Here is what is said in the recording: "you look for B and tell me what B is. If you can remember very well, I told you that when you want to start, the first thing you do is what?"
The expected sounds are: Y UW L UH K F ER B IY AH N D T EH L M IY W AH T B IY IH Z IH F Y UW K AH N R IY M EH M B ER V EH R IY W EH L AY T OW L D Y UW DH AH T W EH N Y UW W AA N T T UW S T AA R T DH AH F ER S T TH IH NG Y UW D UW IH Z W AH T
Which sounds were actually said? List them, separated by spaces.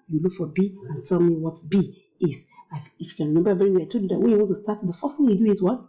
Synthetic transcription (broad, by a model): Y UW L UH K F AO B IY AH N T EH L M IY W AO T B IY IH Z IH F Y UW K AH N R IY M EH M B ER B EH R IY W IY AY T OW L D Y UW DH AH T W EH N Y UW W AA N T T UW S T AA T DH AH F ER S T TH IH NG Y UW D UW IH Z W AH T